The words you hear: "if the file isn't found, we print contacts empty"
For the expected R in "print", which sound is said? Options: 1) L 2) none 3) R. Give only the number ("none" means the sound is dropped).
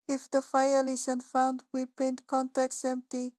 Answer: 2